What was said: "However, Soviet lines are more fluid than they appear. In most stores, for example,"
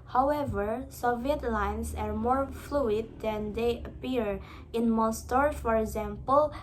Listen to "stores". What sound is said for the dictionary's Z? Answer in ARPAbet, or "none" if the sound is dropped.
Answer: none